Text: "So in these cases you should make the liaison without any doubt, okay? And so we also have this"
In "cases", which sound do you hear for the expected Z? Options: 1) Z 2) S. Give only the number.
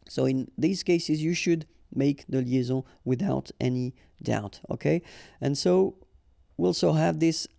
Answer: 1